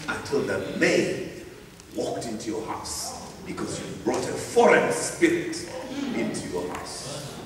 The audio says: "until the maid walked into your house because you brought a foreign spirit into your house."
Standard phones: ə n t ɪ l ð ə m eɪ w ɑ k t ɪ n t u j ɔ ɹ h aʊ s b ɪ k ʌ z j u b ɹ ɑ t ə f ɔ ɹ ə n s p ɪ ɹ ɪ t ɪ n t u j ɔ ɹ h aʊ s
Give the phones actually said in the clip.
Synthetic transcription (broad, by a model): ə n t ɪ l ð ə m eɪ w ɑ k t ɪ n t u j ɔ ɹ h aʊ s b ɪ k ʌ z j u b ɹ ɑ t ə f ɔ ɹ ə n s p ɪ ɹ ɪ t ɪ n t u j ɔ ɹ h aʊ s